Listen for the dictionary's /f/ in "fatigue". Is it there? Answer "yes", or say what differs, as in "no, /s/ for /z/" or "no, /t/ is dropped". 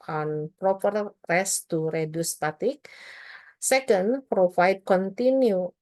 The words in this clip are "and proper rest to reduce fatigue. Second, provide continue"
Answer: no, /p/ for /f/